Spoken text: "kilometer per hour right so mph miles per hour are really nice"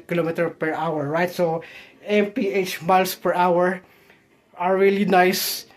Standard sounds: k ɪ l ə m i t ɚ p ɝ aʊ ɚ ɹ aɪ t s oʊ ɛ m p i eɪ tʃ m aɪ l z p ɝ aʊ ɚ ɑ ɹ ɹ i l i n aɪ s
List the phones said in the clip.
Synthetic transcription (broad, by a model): k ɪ l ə m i t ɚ p ɝ aʊ ɚ ɹ aɪ t s oʊ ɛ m p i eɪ tʃ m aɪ l s p ɝ aʊ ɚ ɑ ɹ ɹ i l i n aɪ s